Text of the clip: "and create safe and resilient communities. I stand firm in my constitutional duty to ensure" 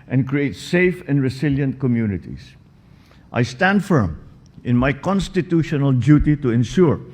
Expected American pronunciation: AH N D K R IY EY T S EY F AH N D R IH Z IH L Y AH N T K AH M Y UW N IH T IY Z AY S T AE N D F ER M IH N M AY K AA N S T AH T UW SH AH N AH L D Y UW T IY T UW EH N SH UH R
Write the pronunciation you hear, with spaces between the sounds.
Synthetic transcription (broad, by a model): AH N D K R IY EY T S EY F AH N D R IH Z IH L Y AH N T K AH M Y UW N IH T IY S AY S T AE N D F ER M IH N M AY K AA N S T AH T UW SH AH N AH L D Y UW T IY T UW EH N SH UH R